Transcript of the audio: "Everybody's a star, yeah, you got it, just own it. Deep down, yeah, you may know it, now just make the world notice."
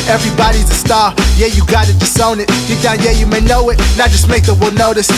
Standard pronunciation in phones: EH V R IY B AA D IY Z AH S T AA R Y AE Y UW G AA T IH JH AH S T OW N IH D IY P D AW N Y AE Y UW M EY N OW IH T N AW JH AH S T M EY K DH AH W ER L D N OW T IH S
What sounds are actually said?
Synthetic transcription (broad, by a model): EH V R IY B AA D IY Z AH S T AA R Y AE Y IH G AA T IH JH AH S T OW N IH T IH D AW N Y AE Y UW M EY N OW IH T N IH JH AH S T M EY K DH AH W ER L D N OW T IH S